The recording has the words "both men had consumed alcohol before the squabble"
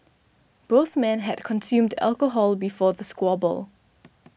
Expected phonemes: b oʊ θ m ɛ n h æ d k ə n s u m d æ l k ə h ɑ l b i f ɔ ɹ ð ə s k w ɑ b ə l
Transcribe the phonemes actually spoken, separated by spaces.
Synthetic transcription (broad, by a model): b oʊ θ m ɛ n h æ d k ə n s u m d æ l k ə h ɑ l b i f ɔ ð ə s k w ɑ b ə l